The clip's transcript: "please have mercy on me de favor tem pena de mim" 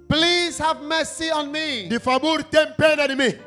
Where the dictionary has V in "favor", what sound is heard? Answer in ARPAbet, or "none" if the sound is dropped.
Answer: B